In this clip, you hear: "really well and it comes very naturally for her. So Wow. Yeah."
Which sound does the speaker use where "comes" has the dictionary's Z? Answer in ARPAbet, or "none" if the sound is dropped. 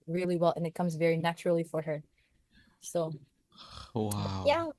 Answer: Z